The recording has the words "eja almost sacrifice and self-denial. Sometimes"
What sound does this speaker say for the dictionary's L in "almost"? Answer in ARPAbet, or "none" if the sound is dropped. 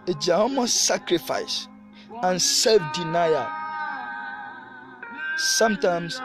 none